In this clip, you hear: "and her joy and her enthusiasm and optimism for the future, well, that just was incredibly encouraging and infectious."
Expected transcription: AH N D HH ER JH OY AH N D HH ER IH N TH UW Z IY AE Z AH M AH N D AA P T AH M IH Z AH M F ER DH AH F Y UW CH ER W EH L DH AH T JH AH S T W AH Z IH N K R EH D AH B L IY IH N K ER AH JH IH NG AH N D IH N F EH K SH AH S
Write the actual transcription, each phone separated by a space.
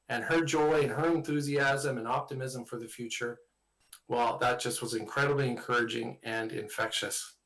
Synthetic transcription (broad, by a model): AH N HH ER JH OY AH N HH ER IH N TH UW Z IY AE Z AH M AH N AA P T AH M IH Z AH M F ER DH AH F Y UW CH ER W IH L DH AH T JH AH S T W AH Z IH N K R EH D AH B L IY IH N K ER AH JH IH NG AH N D IH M F EH K SH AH S